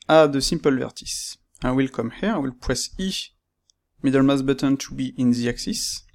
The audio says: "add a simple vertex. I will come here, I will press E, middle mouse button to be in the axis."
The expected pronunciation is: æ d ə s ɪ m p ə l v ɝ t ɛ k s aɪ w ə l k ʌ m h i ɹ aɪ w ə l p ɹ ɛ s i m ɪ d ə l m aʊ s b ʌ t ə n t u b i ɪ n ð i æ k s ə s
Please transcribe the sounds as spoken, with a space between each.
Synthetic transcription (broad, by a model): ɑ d ə s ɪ m p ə l v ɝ t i s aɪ w ə l k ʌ m h i ɹ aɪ w ə l p ɹ ɛ s i m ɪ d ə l m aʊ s b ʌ t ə n t u b i ɪ n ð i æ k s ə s